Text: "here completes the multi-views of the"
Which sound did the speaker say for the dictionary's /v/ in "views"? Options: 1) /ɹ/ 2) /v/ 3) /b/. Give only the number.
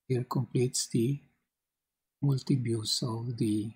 3